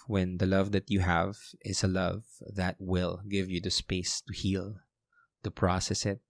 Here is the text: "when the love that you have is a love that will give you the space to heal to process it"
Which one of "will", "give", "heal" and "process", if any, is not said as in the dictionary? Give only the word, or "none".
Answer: none